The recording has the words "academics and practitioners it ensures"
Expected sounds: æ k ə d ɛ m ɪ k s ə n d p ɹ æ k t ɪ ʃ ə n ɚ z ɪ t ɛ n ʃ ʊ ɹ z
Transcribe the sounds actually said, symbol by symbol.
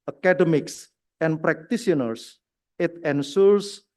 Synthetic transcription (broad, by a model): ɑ k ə d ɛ m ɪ k s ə n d p ɹ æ k t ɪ s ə n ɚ s ɪ t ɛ n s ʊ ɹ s